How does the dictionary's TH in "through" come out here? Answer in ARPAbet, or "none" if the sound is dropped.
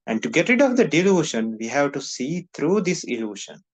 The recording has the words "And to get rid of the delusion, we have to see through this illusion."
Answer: T